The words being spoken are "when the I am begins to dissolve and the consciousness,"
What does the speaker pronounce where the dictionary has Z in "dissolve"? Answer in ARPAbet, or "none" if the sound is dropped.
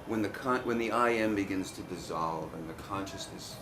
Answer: Z